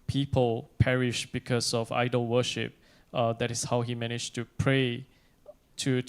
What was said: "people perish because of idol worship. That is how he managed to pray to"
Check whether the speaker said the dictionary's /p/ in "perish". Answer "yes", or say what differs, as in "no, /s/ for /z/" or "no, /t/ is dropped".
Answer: yes